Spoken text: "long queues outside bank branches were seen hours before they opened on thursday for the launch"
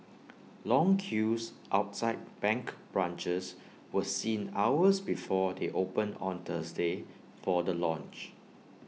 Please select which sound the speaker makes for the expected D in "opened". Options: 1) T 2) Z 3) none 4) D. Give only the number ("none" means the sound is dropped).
3